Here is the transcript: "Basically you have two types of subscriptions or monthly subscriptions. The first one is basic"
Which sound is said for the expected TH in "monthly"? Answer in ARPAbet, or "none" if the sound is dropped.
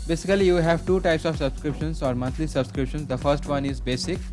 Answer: T